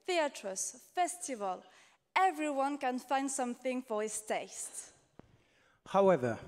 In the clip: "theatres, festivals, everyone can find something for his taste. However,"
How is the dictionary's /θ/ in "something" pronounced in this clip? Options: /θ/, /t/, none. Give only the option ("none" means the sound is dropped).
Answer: /θ/